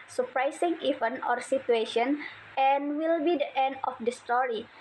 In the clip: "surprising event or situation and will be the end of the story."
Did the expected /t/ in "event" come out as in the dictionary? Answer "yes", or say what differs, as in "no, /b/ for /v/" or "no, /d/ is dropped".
no, /t/ is dropped